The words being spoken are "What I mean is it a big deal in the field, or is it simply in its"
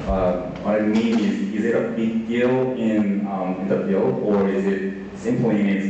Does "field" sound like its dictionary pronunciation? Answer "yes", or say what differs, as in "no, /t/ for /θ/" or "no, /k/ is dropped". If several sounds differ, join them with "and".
no, /d/ is dropped